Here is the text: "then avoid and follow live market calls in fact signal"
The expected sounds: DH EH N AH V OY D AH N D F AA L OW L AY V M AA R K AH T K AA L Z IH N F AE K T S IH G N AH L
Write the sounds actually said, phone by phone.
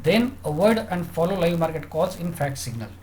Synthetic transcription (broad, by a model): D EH N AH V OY D AH N D F AA L OW L AY V M AA R K AH T K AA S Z IH N F AE K T S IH G N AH L